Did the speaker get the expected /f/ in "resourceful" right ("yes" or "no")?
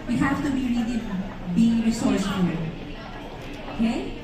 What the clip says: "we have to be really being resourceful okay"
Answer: no